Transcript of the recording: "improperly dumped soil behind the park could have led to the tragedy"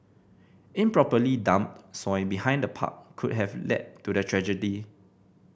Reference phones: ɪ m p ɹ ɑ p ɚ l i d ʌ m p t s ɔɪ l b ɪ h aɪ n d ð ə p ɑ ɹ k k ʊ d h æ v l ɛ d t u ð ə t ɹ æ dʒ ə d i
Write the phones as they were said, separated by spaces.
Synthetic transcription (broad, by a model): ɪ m p ɹ ɑ p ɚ l i d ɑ m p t s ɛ n b ɪ h aɪ n d ə p ɑ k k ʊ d h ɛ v l ɛ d t u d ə t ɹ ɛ dʒ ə d i